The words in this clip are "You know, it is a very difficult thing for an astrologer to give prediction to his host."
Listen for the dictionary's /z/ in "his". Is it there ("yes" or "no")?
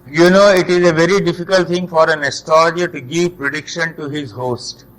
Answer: yes